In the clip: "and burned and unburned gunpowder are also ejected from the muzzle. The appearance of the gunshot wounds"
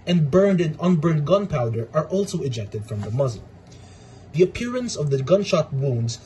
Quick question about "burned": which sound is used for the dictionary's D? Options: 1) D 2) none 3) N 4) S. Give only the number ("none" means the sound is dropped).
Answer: 1